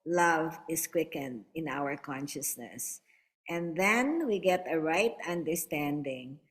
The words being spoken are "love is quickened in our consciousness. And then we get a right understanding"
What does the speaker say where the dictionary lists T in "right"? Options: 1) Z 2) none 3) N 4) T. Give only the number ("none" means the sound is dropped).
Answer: 4